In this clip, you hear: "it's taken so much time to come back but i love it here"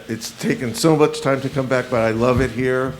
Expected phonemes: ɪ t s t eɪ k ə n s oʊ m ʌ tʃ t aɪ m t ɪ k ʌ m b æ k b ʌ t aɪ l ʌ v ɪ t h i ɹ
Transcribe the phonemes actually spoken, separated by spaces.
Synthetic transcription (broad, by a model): ɪ t s t eɪ k ə n s oʊ m ʌ tʃ t aɪ m t ɪ k ʌ m b æ k b ʌ t aɪ l ʌ v ɪ t h i ɹ